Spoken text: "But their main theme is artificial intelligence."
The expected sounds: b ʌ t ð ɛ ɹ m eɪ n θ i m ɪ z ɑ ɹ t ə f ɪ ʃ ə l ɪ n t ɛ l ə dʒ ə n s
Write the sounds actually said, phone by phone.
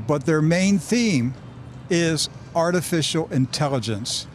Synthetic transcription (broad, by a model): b ʌ t ð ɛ ɹ m eɪ n θ i m ɪ z ɑ ɹ t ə f ɪ ʃ l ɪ n t ɛ l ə dʒ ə n s